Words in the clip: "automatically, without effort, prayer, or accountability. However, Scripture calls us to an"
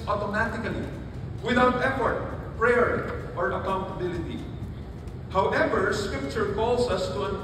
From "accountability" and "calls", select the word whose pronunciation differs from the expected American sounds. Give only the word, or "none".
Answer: calls